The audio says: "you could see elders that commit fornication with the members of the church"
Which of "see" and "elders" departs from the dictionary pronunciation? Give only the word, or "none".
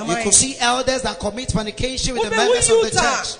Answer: none